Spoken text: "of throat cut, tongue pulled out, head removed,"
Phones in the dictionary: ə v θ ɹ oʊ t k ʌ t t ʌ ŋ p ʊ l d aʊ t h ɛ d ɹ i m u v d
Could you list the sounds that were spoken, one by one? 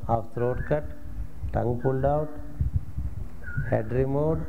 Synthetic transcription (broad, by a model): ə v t ɹ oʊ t k ʌ t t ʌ ŋ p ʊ n d aʊ t h ɛ d ɹ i m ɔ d